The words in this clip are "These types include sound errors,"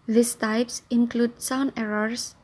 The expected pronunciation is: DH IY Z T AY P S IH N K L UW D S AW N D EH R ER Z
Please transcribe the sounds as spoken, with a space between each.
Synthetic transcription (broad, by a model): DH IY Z T AY P S IH N K L UW D S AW N EH R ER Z